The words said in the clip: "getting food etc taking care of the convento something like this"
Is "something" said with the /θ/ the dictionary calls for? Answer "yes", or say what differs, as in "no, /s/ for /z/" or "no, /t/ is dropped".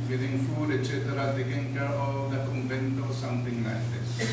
no, /t/ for /θ/